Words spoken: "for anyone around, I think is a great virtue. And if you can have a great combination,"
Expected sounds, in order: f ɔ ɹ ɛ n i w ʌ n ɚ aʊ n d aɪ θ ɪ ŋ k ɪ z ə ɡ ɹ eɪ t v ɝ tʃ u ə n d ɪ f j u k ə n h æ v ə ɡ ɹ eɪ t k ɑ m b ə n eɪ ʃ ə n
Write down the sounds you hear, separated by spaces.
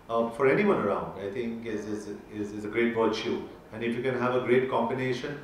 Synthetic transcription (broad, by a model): f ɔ ɹ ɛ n i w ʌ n ɚ aʊ n d aɪ t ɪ ŋ k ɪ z ə ɡ ɹ eɪ t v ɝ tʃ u ə n d ɪ f j u k ə n h æ v ə ɡ ɹ eɪ t k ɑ m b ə n eɪ ʃ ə n